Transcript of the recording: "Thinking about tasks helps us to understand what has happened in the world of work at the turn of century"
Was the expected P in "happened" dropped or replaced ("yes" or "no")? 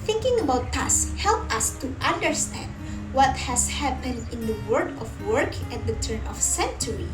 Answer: no